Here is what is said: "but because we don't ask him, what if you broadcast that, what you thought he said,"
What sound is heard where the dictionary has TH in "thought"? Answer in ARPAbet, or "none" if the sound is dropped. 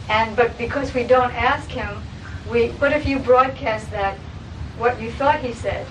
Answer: TH